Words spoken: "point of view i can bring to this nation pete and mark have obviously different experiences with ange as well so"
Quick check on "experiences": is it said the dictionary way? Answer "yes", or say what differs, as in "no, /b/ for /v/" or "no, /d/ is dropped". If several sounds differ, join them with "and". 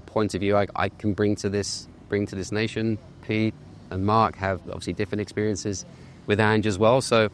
yes